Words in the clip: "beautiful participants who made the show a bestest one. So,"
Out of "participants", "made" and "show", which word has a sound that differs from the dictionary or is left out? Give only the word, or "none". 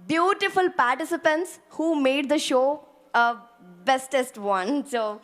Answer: none